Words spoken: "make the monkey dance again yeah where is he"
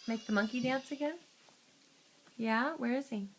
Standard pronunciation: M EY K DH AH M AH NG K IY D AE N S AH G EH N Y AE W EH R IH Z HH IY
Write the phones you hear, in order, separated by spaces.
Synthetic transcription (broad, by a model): M EY K DH AH M AH NG K IY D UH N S AH G EH N Y AE W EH R IH Z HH IY